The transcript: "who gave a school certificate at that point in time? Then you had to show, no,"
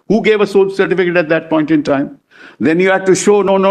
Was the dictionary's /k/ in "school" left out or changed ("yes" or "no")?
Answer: yes